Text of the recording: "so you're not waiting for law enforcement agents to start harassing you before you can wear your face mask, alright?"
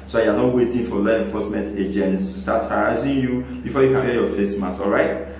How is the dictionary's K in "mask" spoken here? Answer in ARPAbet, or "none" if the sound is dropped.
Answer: none